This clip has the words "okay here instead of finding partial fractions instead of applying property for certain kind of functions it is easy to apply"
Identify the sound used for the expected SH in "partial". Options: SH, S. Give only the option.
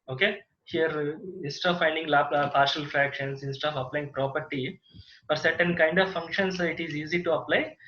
SH